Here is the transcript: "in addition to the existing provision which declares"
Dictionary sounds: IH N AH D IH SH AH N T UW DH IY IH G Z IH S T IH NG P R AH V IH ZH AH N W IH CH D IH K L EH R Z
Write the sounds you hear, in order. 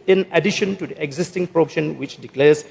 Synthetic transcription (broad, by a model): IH N AH D IH SH AH N T UW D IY IH G Z IH S T IH NG P R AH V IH SH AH N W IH CH D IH K L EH R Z